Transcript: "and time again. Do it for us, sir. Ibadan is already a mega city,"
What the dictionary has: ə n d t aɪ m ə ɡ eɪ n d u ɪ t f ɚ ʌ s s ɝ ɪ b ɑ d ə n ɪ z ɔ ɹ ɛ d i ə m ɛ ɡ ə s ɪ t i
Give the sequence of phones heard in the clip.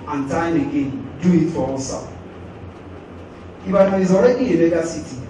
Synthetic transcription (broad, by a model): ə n t aɪ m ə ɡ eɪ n d u ɪ t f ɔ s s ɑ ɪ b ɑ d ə ɪ z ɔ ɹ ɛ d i ə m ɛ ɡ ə s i t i